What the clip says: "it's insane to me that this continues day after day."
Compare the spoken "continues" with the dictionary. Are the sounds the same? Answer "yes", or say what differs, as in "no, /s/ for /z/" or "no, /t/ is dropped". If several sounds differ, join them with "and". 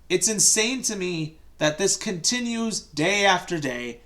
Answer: yes